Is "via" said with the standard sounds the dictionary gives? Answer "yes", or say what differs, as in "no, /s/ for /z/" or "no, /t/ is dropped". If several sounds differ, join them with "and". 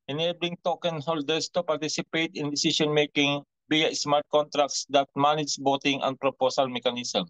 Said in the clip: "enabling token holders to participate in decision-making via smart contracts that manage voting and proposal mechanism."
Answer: no, /b/ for /v/